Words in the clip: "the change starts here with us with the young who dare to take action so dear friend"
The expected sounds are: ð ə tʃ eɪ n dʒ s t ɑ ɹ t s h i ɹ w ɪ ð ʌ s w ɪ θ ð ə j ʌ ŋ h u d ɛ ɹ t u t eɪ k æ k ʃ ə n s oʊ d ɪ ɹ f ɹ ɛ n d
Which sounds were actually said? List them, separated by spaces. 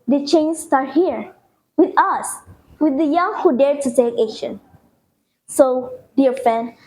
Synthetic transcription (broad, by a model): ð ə tʃ eɪ n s t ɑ ɹ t h i ɹ w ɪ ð ʌ s w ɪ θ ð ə j ʌ ŋ h u d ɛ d t u s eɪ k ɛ ʃ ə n s oʊ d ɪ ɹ f ɹ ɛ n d